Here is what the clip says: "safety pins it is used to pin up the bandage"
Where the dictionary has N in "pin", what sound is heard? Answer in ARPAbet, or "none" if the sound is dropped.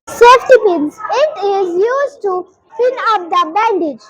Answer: L